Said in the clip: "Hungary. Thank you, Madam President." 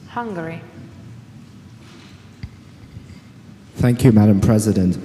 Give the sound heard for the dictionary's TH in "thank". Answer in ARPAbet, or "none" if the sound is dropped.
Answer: TH